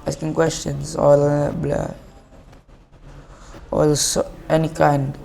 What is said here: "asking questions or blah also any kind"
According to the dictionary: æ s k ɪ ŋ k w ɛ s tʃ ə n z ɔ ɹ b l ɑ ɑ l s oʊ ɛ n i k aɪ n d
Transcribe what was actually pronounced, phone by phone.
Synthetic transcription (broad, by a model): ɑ s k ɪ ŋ k w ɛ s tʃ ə n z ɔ l b l ɑ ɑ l s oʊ ɛ n i k aɪ n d